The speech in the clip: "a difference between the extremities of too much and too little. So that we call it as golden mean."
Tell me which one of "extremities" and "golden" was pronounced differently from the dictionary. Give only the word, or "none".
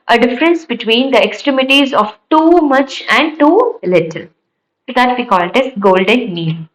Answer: none